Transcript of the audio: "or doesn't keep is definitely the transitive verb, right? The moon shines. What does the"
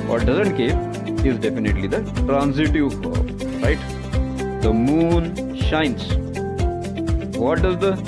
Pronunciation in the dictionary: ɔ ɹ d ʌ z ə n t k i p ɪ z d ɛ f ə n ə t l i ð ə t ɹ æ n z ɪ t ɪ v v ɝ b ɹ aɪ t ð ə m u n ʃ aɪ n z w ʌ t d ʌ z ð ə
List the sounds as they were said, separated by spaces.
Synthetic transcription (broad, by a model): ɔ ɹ d ʌ z ə n t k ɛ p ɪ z d ɛ f ə n ə t l i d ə t ɹ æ n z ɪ t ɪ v f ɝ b ɹ aɪ t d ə m u n ʃ aɪ n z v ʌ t d ʌ z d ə